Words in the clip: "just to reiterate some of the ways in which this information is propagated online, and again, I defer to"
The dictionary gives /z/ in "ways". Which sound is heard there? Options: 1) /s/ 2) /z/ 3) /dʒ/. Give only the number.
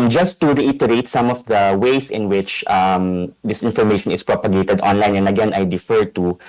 1